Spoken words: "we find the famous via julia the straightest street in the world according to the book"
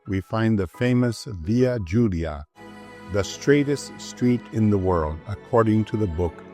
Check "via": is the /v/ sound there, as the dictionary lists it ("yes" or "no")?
yes